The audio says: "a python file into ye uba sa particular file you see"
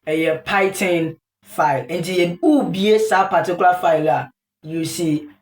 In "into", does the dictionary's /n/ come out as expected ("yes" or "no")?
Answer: yes